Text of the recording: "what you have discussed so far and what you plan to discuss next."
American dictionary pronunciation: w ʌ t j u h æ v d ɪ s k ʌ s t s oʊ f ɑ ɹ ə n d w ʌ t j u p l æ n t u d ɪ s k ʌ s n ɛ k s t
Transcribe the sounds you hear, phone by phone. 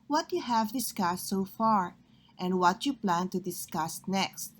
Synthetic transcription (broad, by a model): w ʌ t j u h æ v d ɪ s k ʌ s t s oʊ f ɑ ɹ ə n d w ʌ t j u p l æ n t u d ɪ s k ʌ s n ɛ k s t